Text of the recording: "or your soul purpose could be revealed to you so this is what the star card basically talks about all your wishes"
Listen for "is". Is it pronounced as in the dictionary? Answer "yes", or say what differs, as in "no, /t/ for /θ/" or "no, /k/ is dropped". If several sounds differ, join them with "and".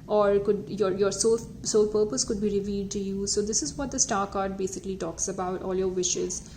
yes